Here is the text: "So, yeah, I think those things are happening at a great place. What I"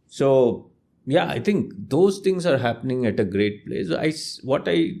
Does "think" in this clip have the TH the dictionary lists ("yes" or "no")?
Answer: no